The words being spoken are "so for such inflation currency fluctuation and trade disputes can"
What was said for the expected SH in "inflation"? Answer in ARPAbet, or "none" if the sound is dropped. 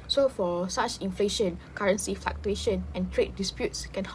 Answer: SH